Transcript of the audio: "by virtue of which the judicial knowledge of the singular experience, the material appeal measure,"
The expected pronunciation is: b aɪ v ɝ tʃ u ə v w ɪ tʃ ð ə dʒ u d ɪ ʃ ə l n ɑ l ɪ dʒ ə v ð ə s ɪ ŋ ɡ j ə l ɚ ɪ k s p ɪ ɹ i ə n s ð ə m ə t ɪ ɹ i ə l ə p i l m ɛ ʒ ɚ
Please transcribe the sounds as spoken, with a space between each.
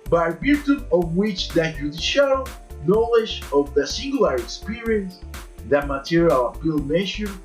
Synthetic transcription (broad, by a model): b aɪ b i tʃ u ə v w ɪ tʃ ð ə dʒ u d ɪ ʃ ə l n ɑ l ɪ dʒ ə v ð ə s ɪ ŋ ɡ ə l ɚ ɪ k s p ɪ ɹ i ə n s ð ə m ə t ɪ ɹ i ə l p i l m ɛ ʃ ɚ